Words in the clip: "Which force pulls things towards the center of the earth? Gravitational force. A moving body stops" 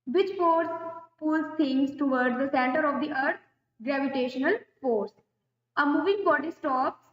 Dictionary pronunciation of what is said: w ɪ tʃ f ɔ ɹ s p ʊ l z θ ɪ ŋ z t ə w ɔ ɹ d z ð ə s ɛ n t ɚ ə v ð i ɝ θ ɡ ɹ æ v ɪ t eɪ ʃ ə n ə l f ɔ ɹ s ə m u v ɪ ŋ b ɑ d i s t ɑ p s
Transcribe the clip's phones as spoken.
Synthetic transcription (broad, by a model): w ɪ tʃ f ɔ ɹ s p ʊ l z t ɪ ŋ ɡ t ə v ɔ ɹ d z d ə s ɛ n t ɚ ə v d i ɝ t ɡ ɹ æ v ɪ t eɪ ʃ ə n ə l f ɔ ɹ s ə m u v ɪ ŋ b ɑ d i s t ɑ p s